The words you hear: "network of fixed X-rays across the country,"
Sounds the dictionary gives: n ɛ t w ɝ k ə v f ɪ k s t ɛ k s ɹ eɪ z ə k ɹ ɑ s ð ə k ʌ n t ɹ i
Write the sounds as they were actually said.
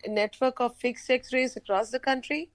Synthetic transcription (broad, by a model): n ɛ t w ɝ k ə v f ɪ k s ɛ k s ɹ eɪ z ə k ɹ ɑ s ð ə k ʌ n t ɹ i